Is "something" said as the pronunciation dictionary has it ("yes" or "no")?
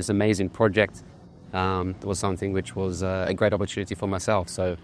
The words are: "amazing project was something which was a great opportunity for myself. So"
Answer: yes